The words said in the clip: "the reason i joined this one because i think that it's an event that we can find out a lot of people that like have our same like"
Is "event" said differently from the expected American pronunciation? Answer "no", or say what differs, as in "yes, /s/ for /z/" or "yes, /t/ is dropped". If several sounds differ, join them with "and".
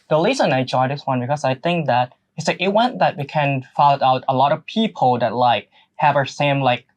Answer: yes, /w/ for /v/